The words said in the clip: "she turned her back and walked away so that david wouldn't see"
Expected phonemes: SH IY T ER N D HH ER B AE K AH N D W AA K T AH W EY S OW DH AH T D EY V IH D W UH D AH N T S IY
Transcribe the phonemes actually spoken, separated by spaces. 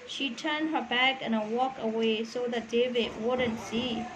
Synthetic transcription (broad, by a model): SH IY T ER N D HH ER B AE K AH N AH W AA K AH W EY S OW DH AH T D EY V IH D W UH D AH N T S IY